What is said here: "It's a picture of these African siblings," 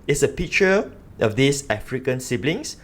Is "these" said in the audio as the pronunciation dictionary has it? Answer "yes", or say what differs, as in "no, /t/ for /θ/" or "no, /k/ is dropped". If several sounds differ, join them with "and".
no, /s/ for /z/